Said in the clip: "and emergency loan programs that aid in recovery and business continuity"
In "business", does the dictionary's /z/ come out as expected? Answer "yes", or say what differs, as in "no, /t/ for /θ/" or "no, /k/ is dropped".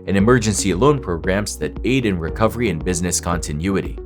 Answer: yes